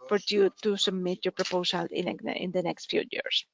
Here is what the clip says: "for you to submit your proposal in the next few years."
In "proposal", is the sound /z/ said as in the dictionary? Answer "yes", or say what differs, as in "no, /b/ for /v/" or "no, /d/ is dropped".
no, /s/ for /z/